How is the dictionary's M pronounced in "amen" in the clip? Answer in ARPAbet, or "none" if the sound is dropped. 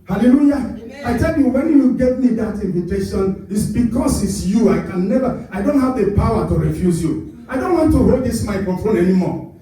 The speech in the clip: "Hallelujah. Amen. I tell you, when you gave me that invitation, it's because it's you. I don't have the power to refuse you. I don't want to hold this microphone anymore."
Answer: none